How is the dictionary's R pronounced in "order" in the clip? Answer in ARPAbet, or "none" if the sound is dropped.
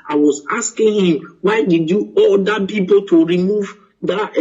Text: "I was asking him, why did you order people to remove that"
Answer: L